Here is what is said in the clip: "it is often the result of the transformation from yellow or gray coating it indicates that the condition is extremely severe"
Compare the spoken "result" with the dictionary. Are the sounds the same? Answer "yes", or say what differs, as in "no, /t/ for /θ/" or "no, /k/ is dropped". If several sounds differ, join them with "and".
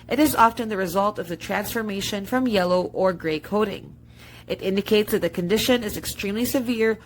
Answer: yes